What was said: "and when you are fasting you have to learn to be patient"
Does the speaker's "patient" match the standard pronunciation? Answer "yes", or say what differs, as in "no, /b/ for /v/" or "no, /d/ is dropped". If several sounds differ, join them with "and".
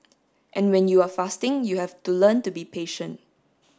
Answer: yes